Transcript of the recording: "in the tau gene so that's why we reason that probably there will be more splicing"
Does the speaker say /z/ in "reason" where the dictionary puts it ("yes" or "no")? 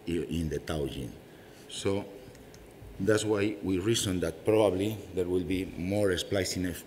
no